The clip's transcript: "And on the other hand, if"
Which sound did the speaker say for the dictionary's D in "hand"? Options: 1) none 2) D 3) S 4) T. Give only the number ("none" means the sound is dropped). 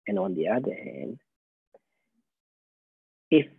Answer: 1